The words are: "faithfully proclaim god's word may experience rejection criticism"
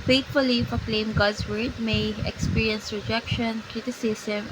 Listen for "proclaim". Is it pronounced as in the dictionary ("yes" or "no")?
no